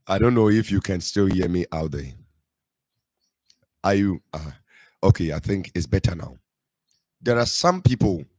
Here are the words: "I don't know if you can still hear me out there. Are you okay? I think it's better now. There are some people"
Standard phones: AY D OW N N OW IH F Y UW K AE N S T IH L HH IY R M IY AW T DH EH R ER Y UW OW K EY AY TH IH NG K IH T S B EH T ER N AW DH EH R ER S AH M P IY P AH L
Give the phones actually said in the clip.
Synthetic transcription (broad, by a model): AY D OW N N OW IH F Y UW K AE N S T IH L HH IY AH M IY AW T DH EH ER Y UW OW K EY AY TH IH NG K IH T S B EH T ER N AW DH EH R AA S AH M P IY P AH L